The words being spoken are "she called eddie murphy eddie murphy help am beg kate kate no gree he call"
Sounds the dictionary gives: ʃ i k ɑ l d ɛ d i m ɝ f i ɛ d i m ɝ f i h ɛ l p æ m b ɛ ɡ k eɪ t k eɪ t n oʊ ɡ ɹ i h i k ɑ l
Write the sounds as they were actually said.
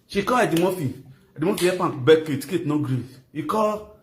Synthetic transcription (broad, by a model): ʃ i k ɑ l ɛ d i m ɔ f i ɛ d i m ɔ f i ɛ p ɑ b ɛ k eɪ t k eɪ t n oʊ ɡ ɹ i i k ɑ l